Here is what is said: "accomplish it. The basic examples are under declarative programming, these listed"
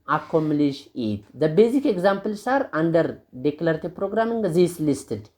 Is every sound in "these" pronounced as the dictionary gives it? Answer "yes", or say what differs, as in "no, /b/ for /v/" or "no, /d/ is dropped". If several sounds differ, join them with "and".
no, /s/ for /z/